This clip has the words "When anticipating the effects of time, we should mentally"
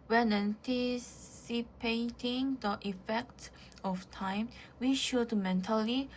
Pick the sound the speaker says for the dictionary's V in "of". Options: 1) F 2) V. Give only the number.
1